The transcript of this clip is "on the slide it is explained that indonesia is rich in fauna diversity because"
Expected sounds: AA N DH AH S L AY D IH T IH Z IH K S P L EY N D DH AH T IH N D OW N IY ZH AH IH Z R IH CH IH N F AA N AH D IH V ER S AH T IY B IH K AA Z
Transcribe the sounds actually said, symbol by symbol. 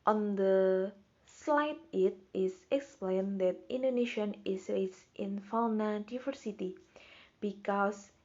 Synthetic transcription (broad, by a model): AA N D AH S L AY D IH T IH S IH K S P L EY N D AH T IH N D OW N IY SH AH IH S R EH S IH N F AA N AH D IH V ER S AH T IY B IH K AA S